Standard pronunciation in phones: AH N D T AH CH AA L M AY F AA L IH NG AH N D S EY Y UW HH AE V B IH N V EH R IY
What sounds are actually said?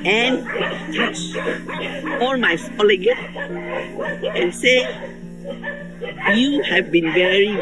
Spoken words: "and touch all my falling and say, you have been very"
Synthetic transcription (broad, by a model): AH N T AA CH AA L M AY P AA L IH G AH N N S EY Y UW HH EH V B IH N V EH R IY